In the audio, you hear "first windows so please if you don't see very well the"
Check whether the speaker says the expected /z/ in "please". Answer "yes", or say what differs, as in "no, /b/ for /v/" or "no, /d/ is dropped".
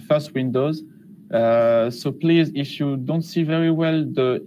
yes